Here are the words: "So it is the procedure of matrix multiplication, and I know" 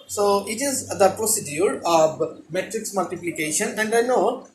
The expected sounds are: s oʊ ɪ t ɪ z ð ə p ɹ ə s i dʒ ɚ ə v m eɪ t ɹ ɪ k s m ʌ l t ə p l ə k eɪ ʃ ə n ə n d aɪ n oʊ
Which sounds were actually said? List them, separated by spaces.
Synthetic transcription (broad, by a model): s oʊ ɪ t ɪ z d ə p ɹ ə s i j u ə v m eɪ t ɹ ɪ k s m ʌ l t ə p l ə k eɪ ʃ ə n ə n d aɪ n oʊ